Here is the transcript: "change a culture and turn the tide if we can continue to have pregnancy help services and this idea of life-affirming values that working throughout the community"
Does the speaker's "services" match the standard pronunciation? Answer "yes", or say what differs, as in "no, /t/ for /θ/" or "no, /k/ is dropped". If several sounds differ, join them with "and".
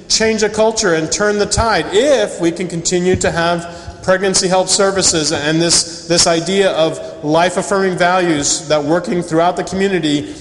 yes